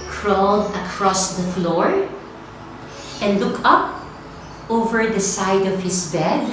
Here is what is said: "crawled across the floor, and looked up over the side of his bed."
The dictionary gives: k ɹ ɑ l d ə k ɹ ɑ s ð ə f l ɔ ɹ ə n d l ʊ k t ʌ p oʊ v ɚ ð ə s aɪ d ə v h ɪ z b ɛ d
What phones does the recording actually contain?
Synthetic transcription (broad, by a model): k ɹ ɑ l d ə k ɹ ɑ s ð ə f l ɔ ɹ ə n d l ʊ k ʌ p oʊ v ɚ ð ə s aɪ d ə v h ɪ s b ɛ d